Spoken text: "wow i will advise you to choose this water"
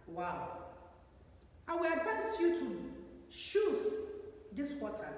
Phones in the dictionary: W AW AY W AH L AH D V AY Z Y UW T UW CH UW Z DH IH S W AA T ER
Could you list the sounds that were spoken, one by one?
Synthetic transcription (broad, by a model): W AW AY W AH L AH D V AY S Y UW T UW SH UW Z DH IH S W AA T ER